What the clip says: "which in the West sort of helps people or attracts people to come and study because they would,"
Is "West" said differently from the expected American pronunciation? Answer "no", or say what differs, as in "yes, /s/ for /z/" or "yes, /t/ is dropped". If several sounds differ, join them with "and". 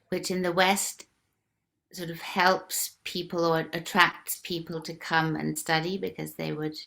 no